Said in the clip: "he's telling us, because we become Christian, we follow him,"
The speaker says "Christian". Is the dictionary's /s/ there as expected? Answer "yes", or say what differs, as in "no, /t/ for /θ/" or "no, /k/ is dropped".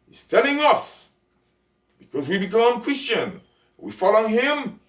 yes